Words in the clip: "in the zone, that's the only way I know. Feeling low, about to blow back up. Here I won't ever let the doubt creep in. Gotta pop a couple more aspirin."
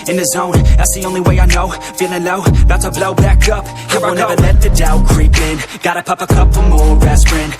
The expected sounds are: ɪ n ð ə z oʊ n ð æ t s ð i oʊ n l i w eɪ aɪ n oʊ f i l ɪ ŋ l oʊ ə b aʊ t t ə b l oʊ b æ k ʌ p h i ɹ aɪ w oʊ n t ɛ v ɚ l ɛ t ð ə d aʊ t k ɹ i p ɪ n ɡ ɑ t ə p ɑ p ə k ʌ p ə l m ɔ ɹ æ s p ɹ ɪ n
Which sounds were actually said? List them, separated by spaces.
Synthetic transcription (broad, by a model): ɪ n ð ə z oʊ n ð æ t s ð i oʊ n l i w eɪ aɪ n oʊ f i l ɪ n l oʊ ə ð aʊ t s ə b l oʊ b æ k ʌ p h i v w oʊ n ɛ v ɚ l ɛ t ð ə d aʊ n k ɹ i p ɪ n ɡ ɑ t ə p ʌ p ə k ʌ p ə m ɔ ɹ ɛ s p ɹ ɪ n